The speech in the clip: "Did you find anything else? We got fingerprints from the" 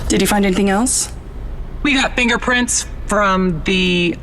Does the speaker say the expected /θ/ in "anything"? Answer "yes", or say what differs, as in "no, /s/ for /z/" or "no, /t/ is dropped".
yes